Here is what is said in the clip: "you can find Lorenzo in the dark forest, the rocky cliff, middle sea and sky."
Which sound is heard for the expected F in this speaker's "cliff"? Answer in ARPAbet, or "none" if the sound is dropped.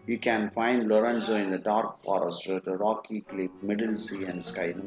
P